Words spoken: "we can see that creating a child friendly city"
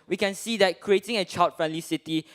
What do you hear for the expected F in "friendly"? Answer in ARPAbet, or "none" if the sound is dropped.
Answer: F